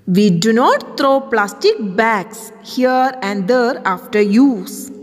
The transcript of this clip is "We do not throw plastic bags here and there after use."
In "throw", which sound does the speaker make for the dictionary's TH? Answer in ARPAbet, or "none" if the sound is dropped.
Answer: T